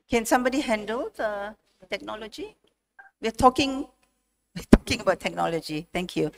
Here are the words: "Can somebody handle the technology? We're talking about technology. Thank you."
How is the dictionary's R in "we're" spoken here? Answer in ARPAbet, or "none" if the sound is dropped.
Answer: W